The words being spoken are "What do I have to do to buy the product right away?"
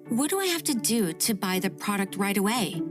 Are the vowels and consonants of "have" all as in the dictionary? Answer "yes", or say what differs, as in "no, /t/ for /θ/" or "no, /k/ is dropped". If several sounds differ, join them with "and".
no, /f/ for /v/